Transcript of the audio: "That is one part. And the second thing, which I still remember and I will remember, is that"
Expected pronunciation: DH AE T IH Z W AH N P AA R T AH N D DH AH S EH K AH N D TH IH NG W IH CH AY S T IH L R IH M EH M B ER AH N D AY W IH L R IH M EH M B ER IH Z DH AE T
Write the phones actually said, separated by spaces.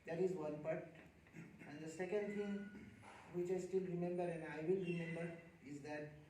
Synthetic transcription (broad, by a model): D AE T IH Z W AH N P AA R T AH N D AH S EH K AH N D T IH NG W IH CH AY S T IH L R IH M EH M B ER AH N D AY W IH L R IH M EH M B ER IH Z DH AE T